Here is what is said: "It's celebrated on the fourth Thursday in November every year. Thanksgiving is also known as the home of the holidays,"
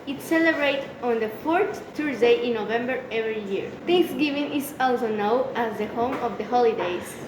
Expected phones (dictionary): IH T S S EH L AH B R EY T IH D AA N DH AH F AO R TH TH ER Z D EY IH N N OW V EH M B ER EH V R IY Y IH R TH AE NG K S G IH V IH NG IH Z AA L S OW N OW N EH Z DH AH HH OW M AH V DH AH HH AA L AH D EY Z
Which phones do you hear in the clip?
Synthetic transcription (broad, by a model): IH T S S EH L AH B R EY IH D AA N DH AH F AO R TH T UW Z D EY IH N N OW V EH M B ER EH V R IY Y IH R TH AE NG K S G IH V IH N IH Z AA L S OW N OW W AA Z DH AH HH OW M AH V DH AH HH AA L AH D EY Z